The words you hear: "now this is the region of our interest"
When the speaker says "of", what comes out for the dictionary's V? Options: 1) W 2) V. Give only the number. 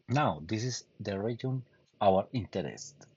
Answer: 1